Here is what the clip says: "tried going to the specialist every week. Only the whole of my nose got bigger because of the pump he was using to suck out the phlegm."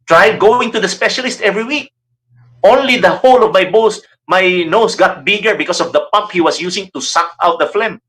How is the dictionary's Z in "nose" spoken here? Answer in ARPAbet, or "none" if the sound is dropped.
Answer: S